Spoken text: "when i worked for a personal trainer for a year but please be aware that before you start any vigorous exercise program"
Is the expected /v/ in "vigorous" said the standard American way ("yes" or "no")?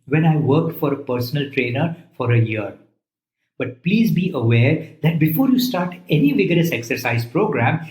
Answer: yes